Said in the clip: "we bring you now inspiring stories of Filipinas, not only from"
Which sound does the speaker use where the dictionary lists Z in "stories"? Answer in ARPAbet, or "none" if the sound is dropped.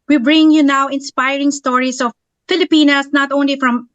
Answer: S